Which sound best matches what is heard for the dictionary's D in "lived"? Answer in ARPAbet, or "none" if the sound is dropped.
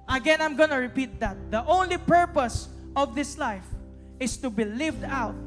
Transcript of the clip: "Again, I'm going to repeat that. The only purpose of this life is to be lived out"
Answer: D